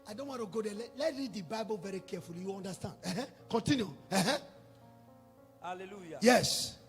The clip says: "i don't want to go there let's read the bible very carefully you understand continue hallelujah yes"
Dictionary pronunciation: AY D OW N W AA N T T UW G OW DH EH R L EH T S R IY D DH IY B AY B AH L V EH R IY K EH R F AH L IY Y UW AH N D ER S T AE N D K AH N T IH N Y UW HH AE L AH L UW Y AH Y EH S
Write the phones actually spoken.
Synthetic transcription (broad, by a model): AY D OW N W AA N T T UW G OW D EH L L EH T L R IY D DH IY B AY B AH L V EH R IY K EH F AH L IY Y UW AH N D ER S T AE N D K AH N T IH N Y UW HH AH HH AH Y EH S